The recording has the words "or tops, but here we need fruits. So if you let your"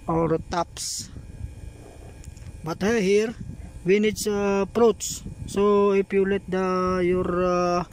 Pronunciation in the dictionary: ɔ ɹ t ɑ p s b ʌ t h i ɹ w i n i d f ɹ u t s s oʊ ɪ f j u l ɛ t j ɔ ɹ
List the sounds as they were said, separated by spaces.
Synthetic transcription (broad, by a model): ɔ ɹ t ɑ p s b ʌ t h i ɹ w i n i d p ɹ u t s s oʊ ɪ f j u l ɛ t j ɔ ɹ